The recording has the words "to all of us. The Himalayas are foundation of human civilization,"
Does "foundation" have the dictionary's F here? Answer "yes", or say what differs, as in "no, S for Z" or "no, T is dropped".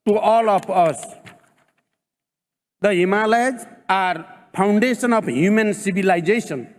no, P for F